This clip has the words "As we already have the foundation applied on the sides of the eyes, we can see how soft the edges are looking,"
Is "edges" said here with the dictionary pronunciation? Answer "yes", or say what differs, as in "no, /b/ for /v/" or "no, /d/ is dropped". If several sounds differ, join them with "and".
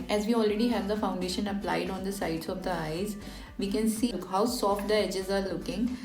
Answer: yes